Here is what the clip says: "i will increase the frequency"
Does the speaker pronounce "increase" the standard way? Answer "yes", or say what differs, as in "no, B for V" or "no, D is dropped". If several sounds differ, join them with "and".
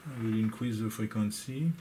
no, W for R